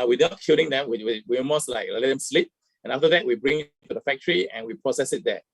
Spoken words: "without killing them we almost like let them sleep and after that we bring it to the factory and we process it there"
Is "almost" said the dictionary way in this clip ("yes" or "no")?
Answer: no